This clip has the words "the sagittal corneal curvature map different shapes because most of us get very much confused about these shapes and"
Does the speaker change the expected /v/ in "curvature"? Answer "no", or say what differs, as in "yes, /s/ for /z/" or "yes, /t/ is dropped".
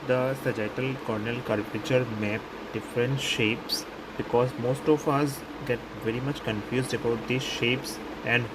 yes, /p/ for /v/